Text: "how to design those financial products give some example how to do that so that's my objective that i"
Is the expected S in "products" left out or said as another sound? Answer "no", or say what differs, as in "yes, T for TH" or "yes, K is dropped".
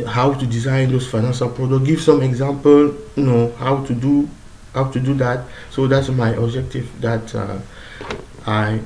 yes, S is dropped